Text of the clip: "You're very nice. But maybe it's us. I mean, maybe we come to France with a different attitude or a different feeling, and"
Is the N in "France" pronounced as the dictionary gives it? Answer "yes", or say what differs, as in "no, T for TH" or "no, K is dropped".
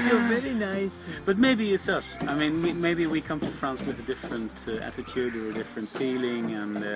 yes